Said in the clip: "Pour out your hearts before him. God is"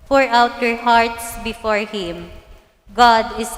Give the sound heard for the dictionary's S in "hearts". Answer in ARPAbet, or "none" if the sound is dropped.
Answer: S